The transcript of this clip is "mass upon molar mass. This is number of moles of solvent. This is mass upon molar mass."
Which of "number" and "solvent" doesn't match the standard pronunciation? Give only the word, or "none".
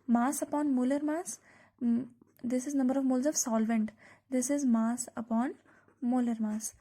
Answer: none